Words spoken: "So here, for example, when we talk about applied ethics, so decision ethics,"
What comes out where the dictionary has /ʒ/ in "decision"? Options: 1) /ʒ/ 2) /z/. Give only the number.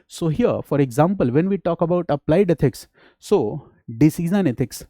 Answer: 2